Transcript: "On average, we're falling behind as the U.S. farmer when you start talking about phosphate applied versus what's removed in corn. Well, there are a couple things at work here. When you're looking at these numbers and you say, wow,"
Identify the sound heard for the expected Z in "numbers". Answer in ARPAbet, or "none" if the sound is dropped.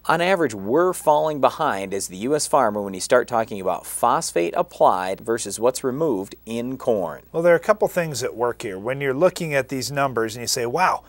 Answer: Z